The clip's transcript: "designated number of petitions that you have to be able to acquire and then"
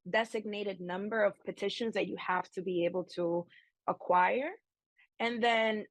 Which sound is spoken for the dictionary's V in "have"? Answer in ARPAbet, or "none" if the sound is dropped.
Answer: F